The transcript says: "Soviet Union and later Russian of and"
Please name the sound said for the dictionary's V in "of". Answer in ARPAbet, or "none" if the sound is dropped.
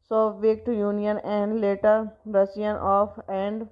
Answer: P